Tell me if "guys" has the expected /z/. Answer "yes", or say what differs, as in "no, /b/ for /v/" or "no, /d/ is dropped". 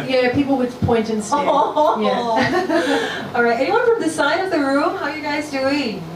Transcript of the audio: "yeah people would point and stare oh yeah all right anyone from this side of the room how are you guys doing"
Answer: yes